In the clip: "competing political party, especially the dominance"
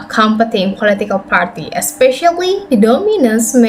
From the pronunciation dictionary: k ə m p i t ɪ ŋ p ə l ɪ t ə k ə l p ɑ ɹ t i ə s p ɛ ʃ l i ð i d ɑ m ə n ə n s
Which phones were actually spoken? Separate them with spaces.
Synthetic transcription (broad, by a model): k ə m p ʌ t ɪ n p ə l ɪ t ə k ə l p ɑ ɹ t i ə s p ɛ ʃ i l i d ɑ m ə n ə n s